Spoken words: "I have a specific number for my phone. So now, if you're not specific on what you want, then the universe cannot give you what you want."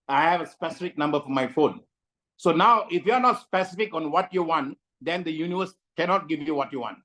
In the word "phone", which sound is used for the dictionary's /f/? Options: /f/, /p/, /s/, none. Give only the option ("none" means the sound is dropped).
/f/